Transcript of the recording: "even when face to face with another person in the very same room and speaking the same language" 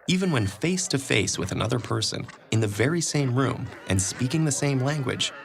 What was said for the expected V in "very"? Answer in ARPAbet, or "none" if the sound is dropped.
V